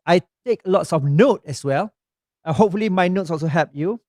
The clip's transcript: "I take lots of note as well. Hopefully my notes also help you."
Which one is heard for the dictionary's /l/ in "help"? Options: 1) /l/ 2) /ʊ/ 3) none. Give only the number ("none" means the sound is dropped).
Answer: 3